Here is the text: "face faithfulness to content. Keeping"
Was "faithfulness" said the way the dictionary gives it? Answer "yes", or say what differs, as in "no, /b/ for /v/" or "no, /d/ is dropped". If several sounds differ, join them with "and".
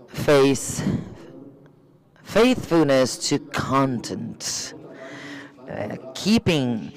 yes